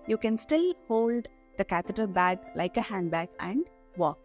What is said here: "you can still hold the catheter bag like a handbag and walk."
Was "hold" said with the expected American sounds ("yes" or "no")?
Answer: yes